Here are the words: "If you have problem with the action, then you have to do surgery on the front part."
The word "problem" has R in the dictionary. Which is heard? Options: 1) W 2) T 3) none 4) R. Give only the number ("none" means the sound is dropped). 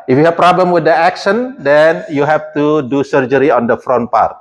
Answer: 4